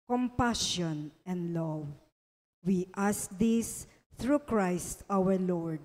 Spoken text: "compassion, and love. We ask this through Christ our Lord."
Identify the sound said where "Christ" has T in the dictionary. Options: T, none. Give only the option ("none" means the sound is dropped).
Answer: T